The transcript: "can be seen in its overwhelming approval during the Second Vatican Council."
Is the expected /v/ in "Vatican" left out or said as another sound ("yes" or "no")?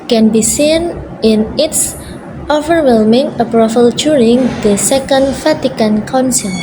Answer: yes